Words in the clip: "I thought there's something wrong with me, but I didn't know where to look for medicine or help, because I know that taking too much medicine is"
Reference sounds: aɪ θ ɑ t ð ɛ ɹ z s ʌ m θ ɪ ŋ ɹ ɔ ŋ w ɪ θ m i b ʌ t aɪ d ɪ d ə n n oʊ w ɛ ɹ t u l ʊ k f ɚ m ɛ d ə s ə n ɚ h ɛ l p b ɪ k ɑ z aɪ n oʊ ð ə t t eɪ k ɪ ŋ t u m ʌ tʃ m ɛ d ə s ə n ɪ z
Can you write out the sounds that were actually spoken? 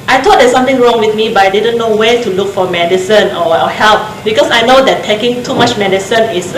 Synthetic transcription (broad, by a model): aɪ t ɑ t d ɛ s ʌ m t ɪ ŋ ɹ ɔ ŋ w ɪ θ m i b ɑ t aɪ d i d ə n n oʊ w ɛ t u l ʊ k f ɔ m ɛ d ə s ə n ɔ h ɛ l p b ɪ k ɑ s aɪ n oʊ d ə t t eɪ k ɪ ŋ t u m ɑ tʃ m ɛ d ə s ə n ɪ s